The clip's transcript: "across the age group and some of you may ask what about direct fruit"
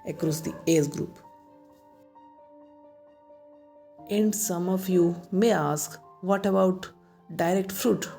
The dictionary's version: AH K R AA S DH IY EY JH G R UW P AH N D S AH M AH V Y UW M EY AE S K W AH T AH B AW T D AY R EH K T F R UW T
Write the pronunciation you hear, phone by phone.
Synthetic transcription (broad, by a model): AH K R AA S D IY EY Z G R UW P AH N D S AH M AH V Y UW M EY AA S K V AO T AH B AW T D AY R EH K T F R UW T